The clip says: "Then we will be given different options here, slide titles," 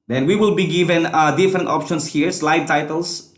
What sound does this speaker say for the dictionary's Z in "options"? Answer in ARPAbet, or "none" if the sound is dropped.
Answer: S